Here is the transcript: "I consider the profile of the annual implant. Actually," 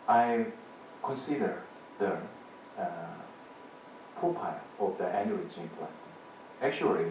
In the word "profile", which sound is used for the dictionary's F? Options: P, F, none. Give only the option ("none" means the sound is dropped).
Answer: P